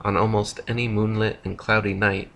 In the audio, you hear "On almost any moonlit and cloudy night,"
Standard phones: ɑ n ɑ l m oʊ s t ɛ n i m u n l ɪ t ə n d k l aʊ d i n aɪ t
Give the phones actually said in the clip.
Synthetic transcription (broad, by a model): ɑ n ɑ l m oʊ s t ɛ n i m u n l ɪ t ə n k l aʊ d i n aɪ t